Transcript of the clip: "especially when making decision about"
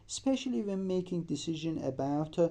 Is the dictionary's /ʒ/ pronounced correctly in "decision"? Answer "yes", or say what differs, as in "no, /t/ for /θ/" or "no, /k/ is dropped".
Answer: yes